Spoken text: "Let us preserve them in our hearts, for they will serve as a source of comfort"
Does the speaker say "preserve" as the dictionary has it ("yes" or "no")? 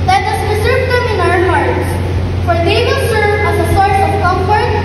no